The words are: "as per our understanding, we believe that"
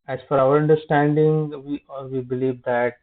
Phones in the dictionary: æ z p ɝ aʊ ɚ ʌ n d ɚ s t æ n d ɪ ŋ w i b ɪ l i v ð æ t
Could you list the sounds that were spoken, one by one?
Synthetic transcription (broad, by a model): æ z f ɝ aʊ ɚ ʌ n d ɚ s t æ n d ɪ ŋ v i b ɪ l i v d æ t